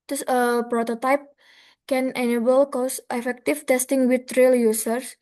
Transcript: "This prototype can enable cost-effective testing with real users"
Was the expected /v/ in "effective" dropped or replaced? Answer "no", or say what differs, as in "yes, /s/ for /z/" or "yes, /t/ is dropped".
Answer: yes, /f/ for /v/